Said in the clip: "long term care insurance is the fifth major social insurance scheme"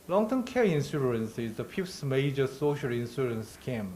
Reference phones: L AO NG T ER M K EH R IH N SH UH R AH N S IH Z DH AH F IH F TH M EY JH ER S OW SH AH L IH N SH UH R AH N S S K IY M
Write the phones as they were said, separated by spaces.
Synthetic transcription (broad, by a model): L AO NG T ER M K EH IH N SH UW R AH N S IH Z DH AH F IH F S M EY JH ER S OW SH AH L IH N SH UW R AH N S S K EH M